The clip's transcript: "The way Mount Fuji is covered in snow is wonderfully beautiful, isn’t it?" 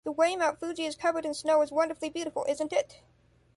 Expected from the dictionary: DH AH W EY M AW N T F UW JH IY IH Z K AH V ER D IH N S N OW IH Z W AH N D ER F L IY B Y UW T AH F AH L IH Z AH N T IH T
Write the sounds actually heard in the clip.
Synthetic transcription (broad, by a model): DH AH W EY M AW T F UW JH IY IH Z K AH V ER D IH N S N OW IH Z W AH N D ER F L IY B Y UW T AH F L IH Z AH N T IH T